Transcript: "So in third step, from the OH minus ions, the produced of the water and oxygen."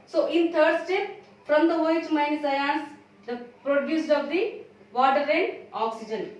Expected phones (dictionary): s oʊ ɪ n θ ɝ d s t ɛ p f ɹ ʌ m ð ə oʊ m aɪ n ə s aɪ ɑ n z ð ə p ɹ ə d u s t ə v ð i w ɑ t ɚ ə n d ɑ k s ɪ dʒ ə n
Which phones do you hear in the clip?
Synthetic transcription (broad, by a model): s oʊ ɪ n t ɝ d s t ɛ p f ɹ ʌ m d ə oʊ m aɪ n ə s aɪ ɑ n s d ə p ɹ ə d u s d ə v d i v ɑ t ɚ ə n d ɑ k s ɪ dʒ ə n